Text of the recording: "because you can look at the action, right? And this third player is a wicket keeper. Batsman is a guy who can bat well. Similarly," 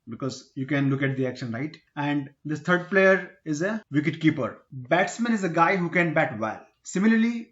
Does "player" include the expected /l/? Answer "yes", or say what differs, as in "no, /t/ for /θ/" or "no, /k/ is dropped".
yes